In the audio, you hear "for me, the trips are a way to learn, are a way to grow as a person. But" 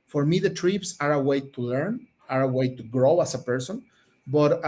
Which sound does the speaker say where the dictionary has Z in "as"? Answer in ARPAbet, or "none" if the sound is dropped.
S